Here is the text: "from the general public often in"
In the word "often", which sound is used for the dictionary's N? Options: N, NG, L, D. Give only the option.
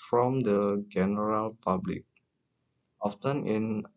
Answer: N